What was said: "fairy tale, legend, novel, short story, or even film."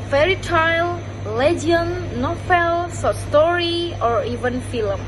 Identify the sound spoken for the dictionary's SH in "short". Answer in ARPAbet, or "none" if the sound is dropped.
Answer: S